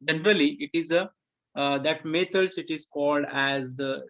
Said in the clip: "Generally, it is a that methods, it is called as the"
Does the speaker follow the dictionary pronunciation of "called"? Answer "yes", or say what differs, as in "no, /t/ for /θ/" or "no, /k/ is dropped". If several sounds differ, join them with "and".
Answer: yes